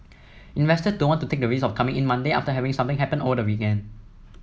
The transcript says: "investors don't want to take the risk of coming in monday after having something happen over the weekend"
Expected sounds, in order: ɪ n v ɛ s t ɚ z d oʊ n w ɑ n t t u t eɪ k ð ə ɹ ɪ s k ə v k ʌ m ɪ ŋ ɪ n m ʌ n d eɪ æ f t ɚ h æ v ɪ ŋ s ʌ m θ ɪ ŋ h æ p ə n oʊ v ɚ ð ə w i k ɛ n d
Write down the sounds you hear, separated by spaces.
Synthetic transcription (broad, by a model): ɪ n v ɛ s t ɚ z d oʊ n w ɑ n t t u t eɪ k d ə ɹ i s ə f k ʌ m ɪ ŋ ɪ n m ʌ n d eɪ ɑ f t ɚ h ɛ v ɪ ŋ s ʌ m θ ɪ ŋ h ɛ p ə n oʊ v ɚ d ə w i k ɛ n d